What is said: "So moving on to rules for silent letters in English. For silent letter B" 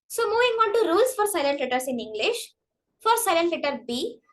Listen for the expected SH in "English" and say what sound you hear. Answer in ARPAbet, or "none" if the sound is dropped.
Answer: SH